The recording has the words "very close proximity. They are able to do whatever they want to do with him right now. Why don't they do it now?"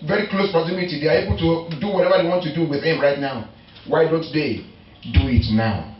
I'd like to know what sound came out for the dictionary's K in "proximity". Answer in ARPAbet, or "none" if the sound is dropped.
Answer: none